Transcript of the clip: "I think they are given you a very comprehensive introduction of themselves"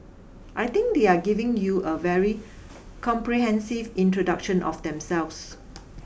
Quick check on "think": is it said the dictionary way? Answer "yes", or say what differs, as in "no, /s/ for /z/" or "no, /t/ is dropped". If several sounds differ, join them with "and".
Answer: no, /t/ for /θ/